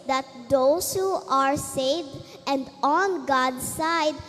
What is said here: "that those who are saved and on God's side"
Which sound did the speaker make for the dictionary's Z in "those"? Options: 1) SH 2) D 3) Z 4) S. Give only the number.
4